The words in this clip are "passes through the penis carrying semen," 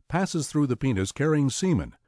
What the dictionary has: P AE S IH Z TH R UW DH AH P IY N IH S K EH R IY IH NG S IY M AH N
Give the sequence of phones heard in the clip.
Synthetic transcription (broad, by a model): P AE S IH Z TH R UW DH AH P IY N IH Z K EH R IY IH NG S IY M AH N